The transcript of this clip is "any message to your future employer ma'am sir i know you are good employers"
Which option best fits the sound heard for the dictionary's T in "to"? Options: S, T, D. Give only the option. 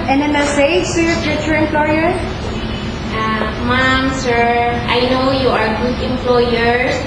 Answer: S